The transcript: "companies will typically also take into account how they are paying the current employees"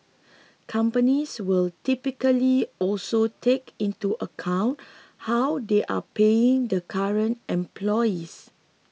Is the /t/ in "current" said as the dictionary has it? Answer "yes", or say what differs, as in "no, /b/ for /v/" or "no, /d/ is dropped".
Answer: yes